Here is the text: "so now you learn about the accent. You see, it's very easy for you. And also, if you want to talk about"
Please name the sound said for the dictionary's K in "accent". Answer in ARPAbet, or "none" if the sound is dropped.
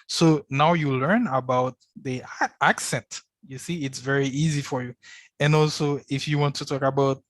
K